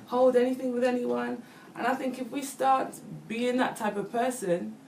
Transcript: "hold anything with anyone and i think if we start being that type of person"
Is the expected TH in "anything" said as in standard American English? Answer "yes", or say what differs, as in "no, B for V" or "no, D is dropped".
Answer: yes